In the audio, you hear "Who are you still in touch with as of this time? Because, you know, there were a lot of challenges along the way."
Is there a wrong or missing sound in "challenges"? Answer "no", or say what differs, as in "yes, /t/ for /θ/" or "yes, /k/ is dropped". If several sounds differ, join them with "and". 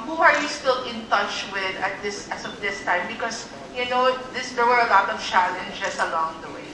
yes, /s/ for /z/